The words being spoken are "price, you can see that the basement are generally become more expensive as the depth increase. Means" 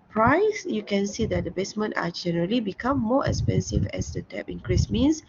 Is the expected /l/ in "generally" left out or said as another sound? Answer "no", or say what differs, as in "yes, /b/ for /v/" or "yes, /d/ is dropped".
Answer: no